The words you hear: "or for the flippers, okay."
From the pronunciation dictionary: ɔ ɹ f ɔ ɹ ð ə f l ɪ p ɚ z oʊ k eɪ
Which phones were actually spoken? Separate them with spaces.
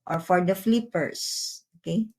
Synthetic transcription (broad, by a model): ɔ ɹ f ɔ ɹ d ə f l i p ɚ s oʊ k eɪ